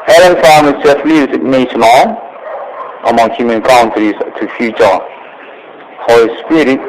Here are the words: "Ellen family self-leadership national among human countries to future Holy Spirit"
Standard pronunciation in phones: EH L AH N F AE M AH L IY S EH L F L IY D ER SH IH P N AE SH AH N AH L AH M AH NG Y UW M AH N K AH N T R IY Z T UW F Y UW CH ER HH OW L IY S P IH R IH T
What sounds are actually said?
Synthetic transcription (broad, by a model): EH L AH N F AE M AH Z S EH F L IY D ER S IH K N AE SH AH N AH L AH M AH NG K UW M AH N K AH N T IY T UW F Y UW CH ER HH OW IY S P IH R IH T